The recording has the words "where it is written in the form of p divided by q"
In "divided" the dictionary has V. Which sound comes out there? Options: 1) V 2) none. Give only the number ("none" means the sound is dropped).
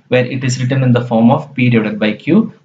2